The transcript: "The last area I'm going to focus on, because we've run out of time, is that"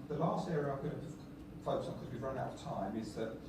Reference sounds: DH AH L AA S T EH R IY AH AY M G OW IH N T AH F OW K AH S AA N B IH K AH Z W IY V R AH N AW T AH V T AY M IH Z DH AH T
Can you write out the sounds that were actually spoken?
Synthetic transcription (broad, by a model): DH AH L AA S T EH R IY AH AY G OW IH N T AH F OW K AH UH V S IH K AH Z W IY V R AH N AW T AH V T AY M IH Z DH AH T